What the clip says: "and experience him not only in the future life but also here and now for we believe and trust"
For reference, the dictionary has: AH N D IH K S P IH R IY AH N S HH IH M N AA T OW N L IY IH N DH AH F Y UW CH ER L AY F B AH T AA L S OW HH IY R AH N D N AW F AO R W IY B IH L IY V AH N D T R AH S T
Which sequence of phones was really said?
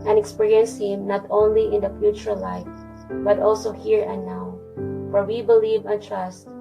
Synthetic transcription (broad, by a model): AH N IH K S P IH R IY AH N S HH IH M N AA T OW N L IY IH N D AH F Y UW CH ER L AY F B AH T AA L S OW HH IY R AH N N AW F AO R W IY B IH L IY V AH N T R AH S T